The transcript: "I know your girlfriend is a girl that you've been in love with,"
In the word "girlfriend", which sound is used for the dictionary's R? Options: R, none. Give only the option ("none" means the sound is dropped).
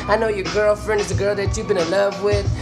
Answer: R